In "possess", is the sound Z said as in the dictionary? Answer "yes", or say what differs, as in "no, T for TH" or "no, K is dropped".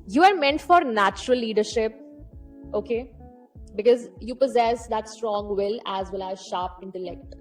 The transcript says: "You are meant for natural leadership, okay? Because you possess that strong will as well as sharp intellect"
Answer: yes